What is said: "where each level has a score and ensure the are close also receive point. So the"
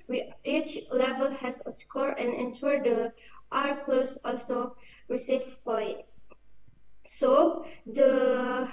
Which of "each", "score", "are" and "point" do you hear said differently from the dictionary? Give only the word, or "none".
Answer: point